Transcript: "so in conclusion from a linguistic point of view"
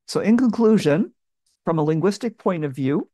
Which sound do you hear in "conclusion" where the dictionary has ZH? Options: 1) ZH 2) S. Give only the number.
1